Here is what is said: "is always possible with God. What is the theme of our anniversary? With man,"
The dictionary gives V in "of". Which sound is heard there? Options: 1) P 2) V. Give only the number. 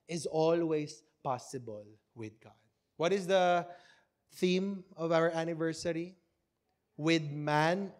2